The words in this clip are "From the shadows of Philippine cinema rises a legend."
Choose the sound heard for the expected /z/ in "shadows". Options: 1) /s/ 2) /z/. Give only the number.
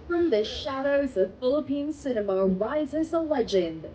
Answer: 2